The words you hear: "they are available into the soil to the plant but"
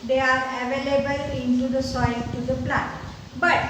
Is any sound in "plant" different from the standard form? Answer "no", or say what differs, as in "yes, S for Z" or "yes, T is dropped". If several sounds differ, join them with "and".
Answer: yes, N is dropped